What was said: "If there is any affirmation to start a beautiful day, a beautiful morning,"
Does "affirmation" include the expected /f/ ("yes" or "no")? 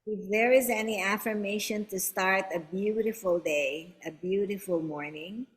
yes